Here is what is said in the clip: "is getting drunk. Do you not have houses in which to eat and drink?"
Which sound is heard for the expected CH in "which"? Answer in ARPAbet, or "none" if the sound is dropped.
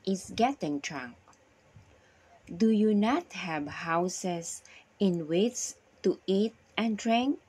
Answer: S